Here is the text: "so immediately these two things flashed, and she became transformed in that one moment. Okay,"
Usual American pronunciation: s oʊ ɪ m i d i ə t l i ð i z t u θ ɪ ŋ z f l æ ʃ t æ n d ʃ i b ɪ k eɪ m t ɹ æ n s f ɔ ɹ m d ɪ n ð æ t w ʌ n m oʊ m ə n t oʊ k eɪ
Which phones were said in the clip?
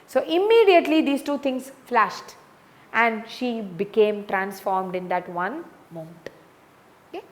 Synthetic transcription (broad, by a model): s oʊ ɪ m i d i ə t l i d i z t u t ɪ ŋ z f l æ ʃ t æ n d ʃ i b ɪ k eɪ m t ɹ æ n s f ɔ ɹ m d ɪ n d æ t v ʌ n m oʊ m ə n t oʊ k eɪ